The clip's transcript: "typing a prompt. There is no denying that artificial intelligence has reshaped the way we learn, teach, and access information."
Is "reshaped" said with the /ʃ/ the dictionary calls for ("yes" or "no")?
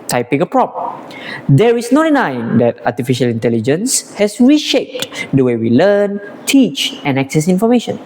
yes